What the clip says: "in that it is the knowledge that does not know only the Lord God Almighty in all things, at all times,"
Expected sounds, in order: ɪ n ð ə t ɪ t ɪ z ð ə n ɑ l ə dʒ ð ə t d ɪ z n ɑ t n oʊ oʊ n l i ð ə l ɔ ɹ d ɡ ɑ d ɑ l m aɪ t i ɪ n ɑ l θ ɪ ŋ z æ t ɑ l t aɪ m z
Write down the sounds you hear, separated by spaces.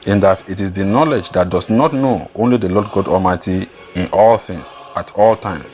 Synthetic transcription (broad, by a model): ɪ n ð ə t ɪ t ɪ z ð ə n ɑ l ə dʒ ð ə t d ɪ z n ɑ t n oʊ oʊ n l i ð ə l ɔ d ɡ ɑ d ɑ l m aɪ t i ɪ n ɑ l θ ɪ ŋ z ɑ t ɑ l t aɪ m